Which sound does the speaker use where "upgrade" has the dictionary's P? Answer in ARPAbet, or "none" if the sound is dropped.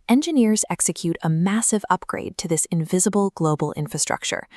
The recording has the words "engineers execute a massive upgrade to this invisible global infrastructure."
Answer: P